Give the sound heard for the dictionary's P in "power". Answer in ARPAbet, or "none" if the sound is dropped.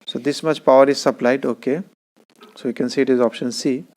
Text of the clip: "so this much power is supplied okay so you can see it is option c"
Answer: P